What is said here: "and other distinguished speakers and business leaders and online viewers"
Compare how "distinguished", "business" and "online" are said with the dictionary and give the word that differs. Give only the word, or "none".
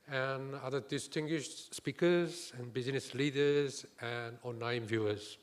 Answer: online